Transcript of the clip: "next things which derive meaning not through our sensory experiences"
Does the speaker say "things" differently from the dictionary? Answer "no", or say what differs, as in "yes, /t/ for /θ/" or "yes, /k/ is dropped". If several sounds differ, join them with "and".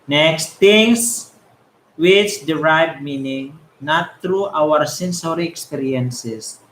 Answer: yes, /t/ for /θ/ and /s/ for /z/